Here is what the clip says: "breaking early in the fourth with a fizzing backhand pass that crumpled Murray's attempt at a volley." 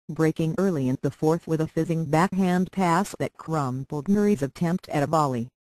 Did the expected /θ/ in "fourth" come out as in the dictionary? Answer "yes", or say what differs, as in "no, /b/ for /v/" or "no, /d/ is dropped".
yes